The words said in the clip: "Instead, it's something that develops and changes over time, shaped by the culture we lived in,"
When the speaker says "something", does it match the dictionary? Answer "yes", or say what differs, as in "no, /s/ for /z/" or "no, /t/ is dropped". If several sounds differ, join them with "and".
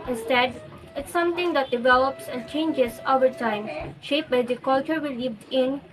no, /t/ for /θ/